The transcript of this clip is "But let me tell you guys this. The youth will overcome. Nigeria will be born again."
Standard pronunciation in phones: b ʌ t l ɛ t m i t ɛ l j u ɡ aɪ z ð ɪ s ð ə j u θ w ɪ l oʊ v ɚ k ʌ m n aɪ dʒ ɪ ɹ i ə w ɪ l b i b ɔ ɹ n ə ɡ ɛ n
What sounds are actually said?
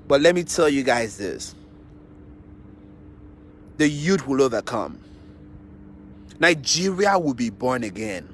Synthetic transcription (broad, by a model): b ʌ t l ɛ t m i t ɛ l j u ɡ aɪ z ð ɪ s ð ə j u t w ɪ l oʊ v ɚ k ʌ m n aɪ dʒ ɪ ɹ i ə w ɪ l b i b ɔ ɹ n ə ɡ ɛ n